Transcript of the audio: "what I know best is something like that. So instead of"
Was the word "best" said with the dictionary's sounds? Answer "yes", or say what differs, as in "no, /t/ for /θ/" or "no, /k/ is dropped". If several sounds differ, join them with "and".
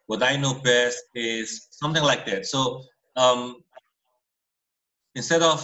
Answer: yes